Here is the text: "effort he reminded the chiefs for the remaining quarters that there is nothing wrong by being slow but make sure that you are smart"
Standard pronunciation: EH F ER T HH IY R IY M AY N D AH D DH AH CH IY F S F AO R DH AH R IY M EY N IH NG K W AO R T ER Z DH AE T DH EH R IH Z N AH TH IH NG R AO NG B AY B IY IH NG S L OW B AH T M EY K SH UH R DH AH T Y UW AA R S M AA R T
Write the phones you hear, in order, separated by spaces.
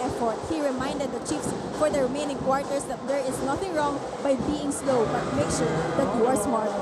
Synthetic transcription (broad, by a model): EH F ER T HH IY R IY M AY N D AH D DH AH CH IY F S F AO R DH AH R IY M EY N IH NG K W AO R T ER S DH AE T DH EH R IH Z N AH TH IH NG R AO NG B AY B IY IH NG S L OW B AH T M EY K SH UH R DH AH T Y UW AA R S M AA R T